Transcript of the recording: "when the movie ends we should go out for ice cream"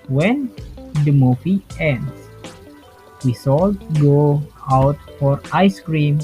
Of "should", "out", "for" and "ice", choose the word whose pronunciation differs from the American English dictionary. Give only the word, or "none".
should